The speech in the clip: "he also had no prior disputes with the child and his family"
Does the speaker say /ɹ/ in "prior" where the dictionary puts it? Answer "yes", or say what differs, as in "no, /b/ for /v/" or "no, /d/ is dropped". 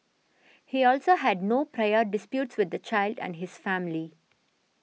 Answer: yes